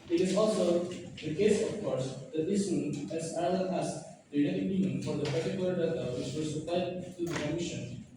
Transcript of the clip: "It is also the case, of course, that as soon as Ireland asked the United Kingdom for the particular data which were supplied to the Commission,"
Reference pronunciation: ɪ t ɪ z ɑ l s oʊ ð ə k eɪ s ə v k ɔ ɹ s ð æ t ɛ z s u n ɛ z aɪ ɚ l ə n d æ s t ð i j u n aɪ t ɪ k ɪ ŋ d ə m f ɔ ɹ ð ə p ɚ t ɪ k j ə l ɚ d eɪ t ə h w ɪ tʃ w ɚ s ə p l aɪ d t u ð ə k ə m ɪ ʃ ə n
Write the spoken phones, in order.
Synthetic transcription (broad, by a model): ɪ t ɪ z ɑ l s oʊ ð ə k eɪ s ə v k ɔ ɹ s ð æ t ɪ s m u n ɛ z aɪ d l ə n æ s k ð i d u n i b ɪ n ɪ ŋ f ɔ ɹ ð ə p ɚ t ɪ k j ə l ɚ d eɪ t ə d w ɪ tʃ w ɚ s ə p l aɪ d t u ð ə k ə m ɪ ʃ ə n